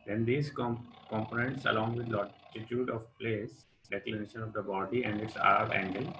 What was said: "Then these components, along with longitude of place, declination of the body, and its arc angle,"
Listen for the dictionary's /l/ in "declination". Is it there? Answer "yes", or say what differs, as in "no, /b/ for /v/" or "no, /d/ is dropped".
yes